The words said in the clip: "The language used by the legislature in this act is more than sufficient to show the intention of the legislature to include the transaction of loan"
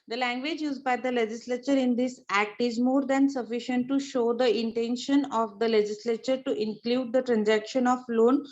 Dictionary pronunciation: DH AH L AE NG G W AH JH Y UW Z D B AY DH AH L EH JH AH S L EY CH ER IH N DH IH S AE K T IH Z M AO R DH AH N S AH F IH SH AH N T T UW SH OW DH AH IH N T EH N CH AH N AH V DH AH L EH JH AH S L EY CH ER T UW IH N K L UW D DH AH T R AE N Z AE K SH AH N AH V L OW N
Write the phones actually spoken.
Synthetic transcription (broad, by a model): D AH L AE NG G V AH JH Y UW Z D B AY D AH L EH JH AH S L EY CH ER IH N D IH S AE K T IH Z M AO R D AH N S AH F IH SH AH N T T UW SH OW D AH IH N T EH N SH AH N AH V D AH L EH JH AH S L EY CH ER T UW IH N K L UW D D AH T R AE N Z AE K SH AH N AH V L OW N